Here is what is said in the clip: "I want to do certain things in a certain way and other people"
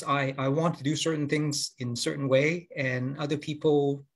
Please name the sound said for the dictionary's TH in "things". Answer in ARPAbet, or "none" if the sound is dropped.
TH